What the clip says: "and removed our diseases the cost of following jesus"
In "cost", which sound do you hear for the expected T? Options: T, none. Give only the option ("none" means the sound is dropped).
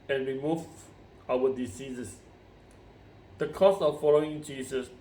none